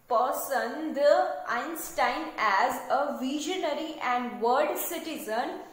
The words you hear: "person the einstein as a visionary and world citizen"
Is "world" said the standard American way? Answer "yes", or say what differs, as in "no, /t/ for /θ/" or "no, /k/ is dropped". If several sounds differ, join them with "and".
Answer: no, /l/ is dropped